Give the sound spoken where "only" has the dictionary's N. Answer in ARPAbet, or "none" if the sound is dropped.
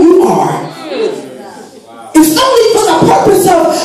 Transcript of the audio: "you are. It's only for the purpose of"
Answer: none